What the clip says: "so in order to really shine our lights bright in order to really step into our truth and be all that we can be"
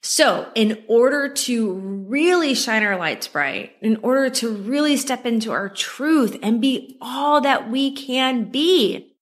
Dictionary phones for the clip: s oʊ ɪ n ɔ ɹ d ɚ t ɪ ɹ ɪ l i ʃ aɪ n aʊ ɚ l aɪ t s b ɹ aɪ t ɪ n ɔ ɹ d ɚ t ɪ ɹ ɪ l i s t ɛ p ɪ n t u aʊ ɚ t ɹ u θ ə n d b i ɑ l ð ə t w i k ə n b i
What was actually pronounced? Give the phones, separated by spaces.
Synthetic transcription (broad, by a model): s oʊ ɪ n ɔ ɹ d ɚ t ɪ ɹ ɪ l i ʃ aɪ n aʊ ɚ l aɪ t s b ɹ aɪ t ɪ n ɔ ɹ d ɚ t ɪ ɹ ɪ l i s t ɛ p ɪ n t u aʊ ɚ t ɹ u θ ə n b i ɑ l ð ə t w i k ə n b i